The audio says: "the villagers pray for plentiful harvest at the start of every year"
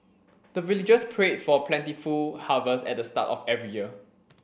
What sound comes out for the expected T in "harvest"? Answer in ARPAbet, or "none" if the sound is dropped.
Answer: none